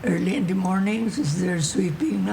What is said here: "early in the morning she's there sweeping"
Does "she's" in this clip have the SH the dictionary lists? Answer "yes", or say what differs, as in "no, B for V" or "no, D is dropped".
no, S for SH